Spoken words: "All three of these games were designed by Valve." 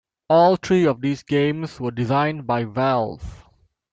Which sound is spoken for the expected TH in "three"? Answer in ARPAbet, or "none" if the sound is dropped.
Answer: T